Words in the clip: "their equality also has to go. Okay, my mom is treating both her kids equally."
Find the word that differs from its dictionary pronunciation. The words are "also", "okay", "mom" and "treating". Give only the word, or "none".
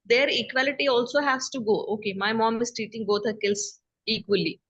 treating